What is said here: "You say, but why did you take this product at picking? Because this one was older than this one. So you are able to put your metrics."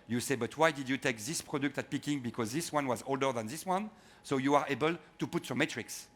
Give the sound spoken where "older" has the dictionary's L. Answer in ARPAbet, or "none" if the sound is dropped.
L